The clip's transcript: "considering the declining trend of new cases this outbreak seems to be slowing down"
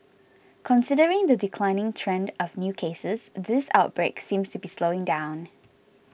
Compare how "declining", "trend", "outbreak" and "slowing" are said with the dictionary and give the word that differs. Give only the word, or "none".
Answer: none